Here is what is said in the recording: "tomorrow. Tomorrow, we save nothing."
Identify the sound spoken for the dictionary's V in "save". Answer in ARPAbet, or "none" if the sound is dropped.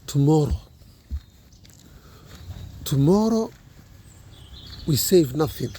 V